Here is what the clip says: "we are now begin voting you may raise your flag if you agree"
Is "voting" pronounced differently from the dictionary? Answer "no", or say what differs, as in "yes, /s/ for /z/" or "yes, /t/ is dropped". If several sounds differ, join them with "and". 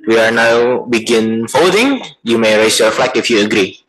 yes, /f/ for /v/